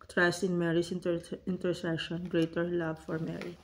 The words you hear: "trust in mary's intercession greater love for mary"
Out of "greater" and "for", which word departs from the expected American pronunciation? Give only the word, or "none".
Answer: none